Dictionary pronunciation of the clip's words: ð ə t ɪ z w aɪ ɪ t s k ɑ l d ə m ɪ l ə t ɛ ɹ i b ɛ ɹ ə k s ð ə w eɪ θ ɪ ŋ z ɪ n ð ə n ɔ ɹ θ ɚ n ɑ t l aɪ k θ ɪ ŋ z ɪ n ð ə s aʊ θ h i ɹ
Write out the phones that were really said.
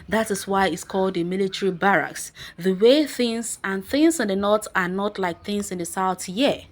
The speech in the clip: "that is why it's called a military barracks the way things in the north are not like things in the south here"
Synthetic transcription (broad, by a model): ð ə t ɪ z w aɪ ɪ t s k ɑ l d ə m ɪ l ə t ɛ ɹ i b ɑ ɹ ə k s ð ə w eɪ θ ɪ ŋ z ɪ n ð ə n ɔ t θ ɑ n ɑ t l aɪ k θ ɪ ŋ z ɪ n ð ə s aʊ θ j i